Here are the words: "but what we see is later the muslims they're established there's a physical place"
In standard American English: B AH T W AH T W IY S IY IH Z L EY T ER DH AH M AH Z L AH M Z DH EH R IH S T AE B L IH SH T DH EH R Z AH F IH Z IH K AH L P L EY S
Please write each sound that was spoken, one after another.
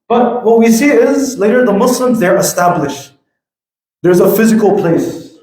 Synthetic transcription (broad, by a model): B AH T W AH T W IY S IY IH Z L EY T ER DH AH M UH S L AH M Z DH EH R IH S T AE B L IH SH T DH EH R Z AH F IH Z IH K L P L EY S